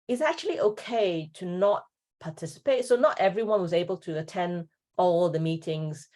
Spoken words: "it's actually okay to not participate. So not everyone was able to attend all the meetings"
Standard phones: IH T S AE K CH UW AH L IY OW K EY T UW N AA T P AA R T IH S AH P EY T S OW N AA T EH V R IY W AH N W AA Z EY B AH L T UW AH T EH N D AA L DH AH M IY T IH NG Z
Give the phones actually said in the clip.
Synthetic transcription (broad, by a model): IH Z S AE K CH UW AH L IY OW K EY T UW N AA T P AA T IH S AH P EY T S OW N AA T EH V R IY W AH N W AA Z EY B AH L T UW AH T EH N D AA L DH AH M IY T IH NG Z